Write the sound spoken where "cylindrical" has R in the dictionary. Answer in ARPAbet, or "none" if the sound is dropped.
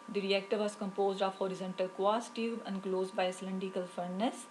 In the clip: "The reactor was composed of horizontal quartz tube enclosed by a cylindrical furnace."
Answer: none